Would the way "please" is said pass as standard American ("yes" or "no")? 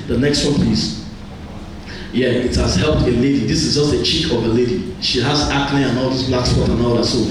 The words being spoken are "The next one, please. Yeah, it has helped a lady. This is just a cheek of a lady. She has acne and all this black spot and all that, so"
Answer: no